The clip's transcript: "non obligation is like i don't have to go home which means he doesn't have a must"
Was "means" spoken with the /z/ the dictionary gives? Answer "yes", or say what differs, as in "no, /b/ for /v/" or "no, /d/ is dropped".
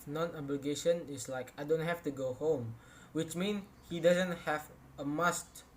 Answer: no, /z/ is dropped